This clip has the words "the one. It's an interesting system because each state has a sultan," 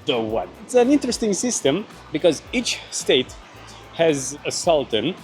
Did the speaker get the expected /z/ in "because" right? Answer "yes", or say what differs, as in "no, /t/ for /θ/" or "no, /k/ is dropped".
yes